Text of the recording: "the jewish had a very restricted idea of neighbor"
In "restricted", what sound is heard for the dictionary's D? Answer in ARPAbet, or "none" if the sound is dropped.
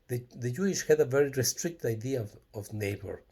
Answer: none